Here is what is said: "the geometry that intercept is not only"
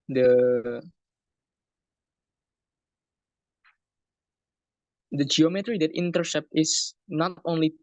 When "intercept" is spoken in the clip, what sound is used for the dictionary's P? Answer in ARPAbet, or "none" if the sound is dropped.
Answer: P